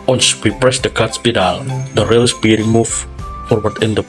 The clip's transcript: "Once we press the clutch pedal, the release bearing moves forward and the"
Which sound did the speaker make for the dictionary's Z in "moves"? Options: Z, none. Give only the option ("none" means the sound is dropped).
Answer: none